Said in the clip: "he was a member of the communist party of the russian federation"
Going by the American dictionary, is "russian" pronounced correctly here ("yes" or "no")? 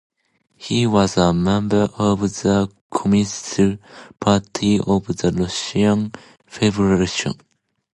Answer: no